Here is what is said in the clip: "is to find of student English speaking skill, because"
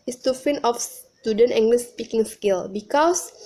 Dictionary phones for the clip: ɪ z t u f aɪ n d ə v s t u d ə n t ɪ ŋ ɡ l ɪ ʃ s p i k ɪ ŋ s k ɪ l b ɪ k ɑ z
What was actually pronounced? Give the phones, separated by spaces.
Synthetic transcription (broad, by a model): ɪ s t u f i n ə f s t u d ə n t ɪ ŋ ɡ l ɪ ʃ s p i k ɪ ŋ s k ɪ l b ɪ k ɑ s